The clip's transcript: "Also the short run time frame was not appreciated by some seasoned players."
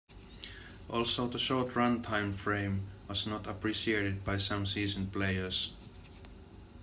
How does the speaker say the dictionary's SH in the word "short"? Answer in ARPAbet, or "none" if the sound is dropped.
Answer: SH